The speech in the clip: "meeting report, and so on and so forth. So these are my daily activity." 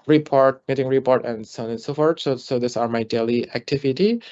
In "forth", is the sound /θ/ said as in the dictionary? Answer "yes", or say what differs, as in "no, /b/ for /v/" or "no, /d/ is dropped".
no, /s/ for /θ/